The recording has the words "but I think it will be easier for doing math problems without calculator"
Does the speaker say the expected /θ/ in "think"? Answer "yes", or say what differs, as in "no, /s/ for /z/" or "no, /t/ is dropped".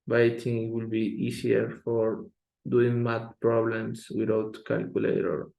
no, /t/ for /θ/